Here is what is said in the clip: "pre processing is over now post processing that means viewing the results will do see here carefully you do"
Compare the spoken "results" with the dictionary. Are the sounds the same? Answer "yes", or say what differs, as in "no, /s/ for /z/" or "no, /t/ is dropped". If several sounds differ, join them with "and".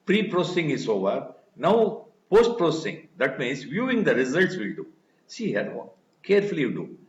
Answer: yes